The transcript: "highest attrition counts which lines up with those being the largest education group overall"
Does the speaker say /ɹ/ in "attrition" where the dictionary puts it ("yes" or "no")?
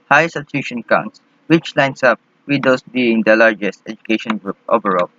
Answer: no